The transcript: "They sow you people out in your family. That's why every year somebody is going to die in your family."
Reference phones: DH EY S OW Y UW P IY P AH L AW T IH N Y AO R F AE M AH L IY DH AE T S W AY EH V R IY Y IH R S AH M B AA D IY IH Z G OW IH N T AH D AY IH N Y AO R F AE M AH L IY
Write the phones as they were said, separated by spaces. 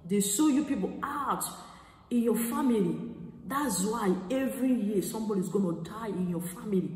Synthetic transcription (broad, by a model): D EY SH OW Y UW P IY P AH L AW T IH N Y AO F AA M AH L IY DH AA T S W AY EH V R IY Y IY S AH M B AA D IY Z G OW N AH D AY IH N Y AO F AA M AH L IY